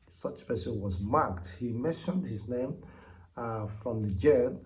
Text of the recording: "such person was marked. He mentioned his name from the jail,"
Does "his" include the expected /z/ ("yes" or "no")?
yes